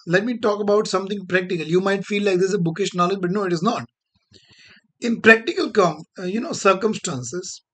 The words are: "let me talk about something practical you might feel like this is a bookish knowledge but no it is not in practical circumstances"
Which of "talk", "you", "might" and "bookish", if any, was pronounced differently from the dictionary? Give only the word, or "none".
none